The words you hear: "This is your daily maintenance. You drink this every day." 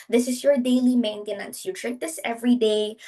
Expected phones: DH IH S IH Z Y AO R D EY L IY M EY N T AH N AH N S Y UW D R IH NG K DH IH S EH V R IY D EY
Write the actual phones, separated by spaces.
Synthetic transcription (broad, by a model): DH IH S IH S Y AO R D EY L IY M EY N T AH N AH N S Y UW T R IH K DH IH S EH V R IY D EY